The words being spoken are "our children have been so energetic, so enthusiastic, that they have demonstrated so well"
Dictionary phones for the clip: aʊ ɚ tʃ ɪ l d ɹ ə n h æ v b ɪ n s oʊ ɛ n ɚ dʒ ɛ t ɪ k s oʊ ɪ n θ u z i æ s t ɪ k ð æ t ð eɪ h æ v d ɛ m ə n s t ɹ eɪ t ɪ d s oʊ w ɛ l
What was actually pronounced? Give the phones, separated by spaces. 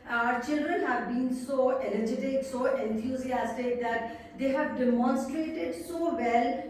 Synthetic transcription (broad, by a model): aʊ ɚ tʃ ɪ l d ɹ ə n h æ v b ɪ n s oʊ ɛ l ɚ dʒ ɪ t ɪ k s oʊ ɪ n t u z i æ s t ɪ k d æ t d eɪ h æ v d ɛ m ə n s t ɹ eɪ t ɪ d s oʊ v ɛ l